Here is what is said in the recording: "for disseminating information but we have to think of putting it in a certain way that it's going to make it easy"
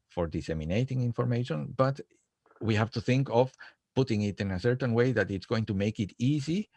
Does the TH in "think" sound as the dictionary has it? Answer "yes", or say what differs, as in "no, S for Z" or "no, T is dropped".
yes